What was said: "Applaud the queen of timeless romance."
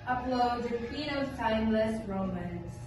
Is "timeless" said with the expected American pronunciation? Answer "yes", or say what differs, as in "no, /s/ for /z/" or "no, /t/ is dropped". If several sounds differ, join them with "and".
yes